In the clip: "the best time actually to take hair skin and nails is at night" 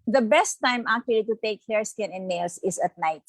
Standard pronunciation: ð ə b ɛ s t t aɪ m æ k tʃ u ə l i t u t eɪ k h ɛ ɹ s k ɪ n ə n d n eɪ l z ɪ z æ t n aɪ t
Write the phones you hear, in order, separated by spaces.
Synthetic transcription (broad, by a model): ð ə b ɛ s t t aɪ m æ k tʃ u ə l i t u t eɪ k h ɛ ɹ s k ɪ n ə n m eɪ l s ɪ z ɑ t n aɪ t